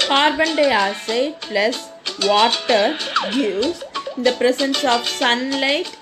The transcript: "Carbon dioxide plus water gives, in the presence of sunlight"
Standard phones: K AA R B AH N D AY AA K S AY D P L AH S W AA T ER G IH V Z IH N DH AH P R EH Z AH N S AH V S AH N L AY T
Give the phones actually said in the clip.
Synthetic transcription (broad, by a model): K AA R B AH N D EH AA S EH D P L AH S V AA T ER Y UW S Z IH N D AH P R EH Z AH N S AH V S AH N L AY T